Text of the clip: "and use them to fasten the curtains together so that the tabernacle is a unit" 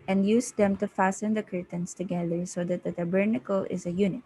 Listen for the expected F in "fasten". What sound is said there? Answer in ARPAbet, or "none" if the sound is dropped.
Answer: F